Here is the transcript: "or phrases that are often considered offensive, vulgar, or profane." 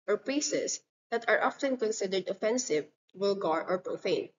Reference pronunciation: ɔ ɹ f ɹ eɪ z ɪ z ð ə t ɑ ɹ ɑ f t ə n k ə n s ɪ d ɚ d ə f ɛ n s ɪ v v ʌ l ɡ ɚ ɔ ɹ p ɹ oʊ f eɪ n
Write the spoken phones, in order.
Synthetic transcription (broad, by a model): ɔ ɹ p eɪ s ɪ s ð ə t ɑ ɹ ɑ f t ə n k ə n s ɪ d ɚ d ə f ɛ n s ɪ v w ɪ l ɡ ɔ ɔ ɹ p ɹ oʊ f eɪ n